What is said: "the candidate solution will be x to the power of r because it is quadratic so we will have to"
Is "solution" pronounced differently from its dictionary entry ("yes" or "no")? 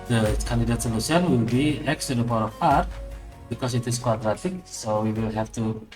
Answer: yes